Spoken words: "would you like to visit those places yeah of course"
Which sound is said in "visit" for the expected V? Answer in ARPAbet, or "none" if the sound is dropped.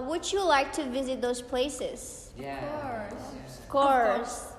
V